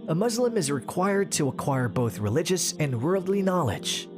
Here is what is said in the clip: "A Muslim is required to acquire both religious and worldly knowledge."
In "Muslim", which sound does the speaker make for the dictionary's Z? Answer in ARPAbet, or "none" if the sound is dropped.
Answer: Z